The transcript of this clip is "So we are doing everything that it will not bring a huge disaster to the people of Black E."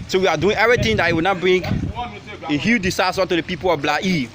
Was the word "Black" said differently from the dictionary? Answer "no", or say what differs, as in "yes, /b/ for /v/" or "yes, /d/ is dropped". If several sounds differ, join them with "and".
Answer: yes, /k/ is dropped